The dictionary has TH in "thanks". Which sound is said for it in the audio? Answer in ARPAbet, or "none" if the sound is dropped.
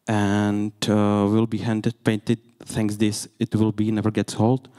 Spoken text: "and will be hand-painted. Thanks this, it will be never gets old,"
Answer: T